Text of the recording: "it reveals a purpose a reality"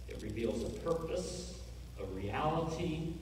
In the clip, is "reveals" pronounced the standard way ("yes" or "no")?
yes